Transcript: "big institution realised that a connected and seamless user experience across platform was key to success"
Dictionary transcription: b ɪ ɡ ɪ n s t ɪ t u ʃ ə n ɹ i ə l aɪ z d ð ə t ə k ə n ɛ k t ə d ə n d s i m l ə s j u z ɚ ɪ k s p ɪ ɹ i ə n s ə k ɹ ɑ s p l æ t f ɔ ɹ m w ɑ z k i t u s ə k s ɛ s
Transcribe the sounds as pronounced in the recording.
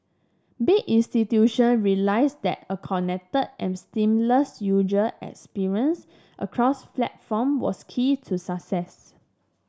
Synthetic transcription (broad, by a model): b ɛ ɪ n s t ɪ t u ʃ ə n ɹ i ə l aɪ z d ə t ə k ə n ɛ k t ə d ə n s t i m l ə s j u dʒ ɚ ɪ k s p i ɹ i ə n s ə k ɹ ɑ s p l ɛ t f ɔ m w ɑ s k i t u s ə k s ɛ s